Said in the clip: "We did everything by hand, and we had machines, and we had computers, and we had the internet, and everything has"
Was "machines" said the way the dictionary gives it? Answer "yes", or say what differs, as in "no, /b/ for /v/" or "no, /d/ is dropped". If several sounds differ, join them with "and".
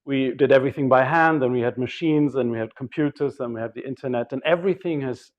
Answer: yes